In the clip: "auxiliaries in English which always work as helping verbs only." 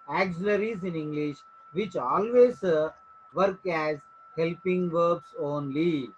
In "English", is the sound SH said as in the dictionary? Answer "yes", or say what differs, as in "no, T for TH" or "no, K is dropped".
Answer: yes